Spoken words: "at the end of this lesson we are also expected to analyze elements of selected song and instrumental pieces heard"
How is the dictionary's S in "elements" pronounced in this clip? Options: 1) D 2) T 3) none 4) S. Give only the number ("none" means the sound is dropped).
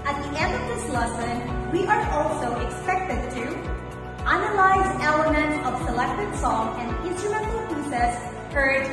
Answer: 3